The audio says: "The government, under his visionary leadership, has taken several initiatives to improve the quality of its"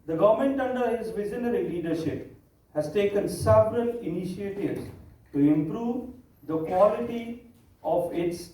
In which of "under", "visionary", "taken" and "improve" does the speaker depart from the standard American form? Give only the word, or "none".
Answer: visionary